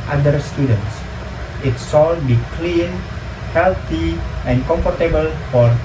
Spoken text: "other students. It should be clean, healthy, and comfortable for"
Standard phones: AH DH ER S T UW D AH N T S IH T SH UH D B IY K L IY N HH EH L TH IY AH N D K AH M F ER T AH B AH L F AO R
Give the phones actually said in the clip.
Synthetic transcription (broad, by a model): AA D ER S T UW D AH N T S IH T S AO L B IY K L IY N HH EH L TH IY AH N K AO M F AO T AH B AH L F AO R